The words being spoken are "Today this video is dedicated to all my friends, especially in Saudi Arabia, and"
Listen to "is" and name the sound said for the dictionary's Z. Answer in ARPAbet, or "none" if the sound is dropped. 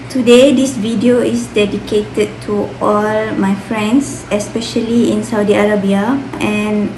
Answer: S